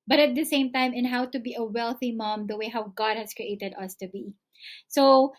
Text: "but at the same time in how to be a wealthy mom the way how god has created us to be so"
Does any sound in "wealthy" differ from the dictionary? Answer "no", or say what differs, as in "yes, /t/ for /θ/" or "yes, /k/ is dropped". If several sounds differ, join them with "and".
no